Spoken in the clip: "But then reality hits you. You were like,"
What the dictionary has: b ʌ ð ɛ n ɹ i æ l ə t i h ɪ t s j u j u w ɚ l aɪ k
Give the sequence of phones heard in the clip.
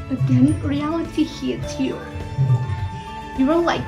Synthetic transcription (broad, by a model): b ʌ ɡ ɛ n ɹ i æ l ə t i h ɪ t j u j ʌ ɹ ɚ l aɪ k